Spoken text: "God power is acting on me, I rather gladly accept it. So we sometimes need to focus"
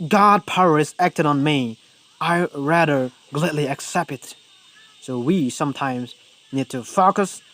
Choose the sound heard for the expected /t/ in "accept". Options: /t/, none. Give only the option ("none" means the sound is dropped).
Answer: /t/